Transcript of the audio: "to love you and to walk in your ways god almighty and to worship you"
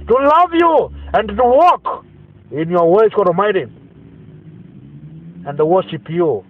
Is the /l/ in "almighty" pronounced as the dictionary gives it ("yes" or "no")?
no